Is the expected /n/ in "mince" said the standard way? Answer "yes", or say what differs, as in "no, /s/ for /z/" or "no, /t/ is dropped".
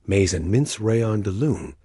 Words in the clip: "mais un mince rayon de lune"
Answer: yes